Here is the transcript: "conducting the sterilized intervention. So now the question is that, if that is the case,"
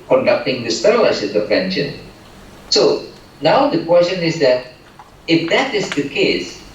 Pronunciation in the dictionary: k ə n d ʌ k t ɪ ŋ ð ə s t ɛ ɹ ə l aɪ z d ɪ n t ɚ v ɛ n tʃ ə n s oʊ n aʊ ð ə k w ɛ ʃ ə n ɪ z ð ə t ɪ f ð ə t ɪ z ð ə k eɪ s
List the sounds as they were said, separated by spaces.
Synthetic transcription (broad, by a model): k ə n d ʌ k t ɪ ŋ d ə s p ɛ l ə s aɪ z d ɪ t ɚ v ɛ n ʃ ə n s oʊ n aʊ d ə k w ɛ s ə n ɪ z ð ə t ɪ f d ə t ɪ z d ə k eɪ s